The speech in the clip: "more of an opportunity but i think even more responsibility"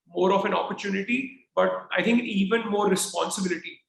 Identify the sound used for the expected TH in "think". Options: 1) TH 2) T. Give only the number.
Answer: 2